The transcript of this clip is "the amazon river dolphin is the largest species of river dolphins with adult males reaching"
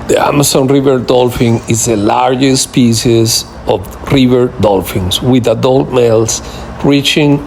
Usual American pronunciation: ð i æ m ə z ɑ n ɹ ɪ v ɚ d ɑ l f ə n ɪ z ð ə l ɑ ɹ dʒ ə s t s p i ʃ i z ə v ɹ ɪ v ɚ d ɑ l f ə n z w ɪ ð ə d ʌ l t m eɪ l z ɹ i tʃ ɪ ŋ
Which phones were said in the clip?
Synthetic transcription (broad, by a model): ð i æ m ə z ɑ n ɹ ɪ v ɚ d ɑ l f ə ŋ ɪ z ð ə l ɑ ɹ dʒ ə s s p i s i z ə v ɹ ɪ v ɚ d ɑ l f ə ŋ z w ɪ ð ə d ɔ l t m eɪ l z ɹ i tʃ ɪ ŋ